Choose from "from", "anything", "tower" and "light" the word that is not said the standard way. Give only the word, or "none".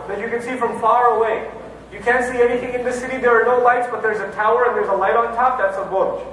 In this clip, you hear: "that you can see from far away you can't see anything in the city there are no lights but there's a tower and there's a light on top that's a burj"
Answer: none